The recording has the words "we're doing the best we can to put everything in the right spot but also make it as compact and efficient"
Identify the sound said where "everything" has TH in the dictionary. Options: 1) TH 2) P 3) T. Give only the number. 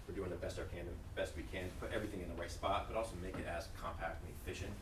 1